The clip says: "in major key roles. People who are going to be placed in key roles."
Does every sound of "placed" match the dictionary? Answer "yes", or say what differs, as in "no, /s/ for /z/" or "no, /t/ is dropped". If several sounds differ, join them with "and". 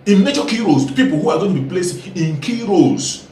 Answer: no, /t/ is dropped